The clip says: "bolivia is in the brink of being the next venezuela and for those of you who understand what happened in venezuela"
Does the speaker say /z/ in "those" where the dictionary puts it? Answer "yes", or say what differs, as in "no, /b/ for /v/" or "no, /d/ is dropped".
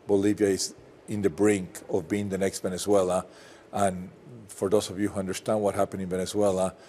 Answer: no, /s/ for /z/